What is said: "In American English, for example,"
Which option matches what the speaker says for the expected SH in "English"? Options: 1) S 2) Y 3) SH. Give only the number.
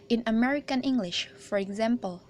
3